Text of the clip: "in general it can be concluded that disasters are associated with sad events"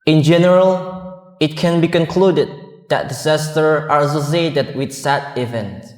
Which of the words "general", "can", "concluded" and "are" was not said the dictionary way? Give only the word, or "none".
none